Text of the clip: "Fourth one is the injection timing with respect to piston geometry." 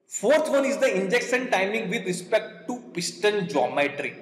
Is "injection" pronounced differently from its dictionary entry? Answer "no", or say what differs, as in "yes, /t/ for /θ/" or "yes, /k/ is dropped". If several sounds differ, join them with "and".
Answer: yes, /s/ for /ʃ/